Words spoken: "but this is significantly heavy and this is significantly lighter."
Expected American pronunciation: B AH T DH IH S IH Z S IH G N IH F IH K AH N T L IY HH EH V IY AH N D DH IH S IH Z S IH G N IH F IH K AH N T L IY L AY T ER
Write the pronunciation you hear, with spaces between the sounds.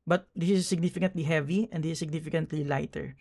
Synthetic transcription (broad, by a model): B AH T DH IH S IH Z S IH G N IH F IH K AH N T L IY HH EH V IY AH N D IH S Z S IH G N IH F IH K AH N T L IY L AY T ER